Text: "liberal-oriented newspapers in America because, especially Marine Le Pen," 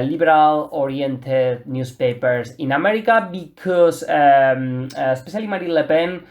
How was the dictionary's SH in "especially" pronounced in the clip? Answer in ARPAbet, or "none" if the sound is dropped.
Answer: S